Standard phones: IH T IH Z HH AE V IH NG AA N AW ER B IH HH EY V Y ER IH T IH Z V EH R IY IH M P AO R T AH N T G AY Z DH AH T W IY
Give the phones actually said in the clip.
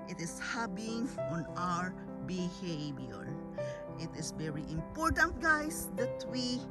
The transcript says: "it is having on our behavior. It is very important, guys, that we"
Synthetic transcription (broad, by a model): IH T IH S HH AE B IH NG AA N AW ER B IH HH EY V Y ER IH T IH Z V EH R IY IH M P AO R T AH N T G AY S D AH T W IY